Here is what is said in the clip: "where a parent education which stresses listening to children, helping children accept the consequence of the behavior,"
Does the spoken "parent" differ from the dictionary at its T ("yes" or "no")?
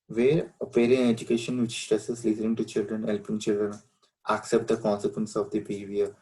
yes